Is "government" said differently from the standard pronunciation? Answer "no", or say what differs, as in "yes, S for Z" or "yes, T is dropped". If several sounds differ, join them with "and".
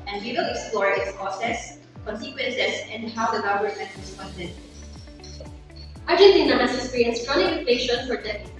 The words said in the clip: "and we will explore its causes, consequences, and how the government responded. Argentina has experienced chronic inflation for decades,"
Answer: yes, V is dropped